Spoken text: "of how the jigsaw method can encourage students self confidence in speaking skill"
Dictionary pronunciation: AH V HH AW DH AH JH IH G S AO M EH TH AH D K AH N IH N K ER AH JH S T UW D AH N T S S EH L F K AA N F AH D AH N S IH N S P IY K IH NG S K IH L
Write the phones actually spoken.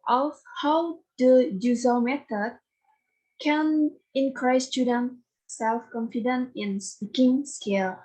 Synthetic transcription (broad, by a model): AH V HH AW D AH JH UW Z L M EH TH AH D K AH N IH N K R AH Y S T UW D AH N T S S EH L F K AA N F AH D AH N IH N S P IY K IH NG S K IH L